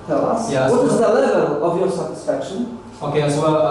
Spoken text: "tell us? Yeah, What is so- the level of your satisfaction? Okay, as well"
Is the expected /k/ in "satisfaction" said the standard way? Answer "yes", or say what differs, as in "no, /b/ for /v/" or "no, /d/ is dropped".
yes